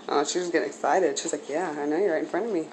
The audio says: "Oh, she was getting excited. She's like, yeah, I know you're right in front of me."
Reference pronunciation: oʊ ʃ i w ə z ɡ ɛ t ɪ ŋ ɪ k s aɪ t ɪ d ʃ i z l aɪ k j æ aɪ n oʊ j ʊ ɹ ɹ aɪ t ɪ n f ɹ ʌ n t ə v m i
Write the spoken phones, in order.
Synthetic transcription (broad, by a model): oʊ ʃ i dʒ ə s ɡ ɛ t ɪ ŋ ɪ k s aɪ t ɪ d ʃ i z l aɪ k j æ aɪ n oʊ j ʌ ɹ ɹ aɪ t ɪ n f ɹ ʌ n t ə v m i